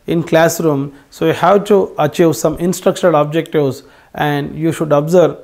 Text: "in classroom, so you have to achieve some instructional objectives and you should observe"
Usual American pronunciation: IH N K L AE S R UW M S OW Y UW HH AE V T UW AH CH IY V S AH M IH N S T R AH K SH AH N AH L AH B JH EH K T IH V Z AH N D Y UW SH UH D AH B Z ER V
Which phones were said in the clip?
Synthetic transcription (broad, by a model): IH N K L AE S R UW M S OW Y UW HH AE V T UW AH CH IY V S AH M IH N S T R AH K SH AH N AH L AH B JH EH K T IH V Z AH N D Y UW SH UH D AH B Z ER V